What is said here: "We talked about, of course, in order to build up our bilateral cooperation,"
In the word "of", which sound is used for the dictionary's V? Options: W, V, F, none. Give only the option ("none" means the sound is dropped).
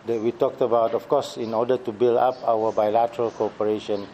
F